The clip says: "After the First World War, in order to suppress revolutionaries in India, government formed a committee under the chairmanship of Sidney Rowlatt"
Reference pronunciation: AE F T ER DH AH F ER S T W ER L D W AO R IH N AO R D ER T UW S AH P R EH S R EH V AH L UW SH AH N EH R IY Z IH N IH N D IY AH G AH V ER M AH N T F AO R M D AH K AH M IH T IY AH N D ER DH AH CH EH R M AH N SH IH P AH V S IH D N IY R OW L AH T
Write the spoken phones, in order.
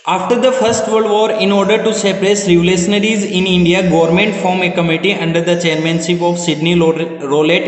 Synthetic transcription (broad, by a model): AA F T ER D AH F ER S T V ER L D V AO R IH N AO R D ER T UW S AH P R EH S R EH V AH L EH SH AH N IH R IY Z IH N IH N D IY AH G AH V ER M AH N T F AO M AH K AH M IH T IY AH N D ER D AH CH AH R M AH N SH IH P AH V S IH D N IY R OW L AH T